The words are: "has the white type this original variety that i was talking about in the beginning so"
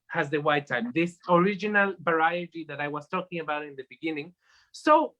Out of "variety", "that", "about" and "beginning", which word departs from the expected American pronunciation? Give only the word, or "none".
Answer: variety